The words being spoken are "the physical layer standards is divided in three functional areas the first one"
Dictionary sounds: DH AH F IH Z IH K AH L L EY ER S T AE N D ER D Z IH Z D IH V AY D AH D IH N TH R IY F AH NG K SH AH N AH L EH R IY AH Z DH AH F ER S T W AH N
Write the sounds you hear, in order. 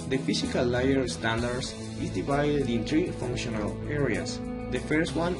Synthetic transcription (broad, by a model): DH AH F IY S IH K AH L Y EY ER S T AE N D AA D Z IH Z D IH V AY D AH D IH N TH R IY F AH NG K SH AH N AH L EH R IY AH S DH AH F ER S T W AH N